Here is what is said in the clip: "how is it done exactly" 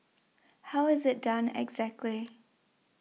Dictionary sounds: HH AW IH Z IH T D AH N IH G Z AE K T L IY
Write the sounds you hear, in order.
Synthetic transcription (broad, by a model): HH AW IH Z IH T D AH N IH G Z AE K T L IY